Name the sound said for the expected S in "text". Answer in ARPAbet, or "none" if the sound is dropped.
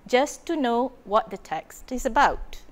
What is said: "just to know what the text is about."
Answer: S